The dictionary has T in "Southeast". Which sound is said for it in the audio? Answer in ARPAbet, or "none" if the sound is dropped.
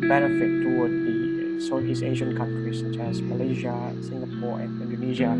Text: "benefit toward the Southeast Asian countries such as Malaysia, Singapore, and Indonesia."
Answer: none